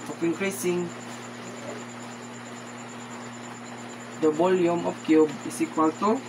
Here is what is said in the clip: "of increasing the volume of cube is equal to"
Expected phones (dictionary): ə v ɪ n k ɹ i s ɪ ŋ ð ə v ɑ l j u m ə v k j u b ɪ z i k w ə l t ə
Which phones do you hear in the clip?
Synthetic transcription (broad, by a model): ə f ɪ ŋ k ɹ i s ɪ ŋ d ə b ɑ l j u m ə f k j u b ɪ s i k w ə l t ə